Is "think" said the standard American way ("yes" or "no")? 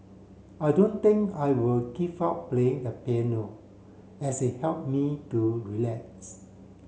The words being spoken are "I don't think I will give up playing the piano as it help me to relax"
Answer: no